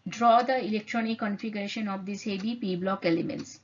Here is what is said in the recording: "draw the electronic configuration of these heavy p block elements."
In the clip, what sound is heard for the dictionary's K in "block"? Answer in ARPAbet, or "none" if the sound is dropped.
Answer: K